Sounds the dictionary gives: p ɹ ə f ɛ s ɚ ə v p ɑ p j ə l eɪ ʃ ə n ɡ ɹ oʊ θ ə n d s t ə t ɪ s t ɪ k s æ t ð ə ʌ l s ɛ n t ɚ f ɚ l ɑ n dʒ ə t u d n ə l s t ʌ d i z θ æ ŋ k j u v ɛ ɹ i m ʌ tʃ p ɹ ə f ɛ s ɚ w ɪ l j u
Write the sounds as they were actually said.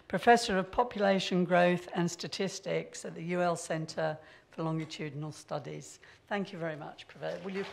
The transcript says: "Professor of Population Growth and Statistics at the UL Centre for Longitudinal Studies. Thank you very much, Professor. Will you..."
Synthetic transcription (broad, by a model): p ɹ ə f ɛ s ɚ ə v p ɑ p j ə l eɪ ʃ ə n ɡ ɹ oʊ θ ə n s t ə t ɪ s t ɪ k s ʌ t ð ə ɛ l s ɛ n t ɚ f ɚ l ɑ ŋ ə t u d n ə l s t ʌ d i z θ æ ŋ k j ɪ v ɛ ɹ i m ʌ tʃ p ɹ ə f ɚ w ɪ l j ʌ